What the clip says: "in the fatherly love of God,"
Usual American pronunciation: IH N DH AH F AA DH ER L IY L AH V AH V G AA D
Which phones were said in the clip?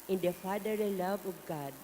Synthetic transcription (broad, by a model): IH N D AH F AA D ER IY L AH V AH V G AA D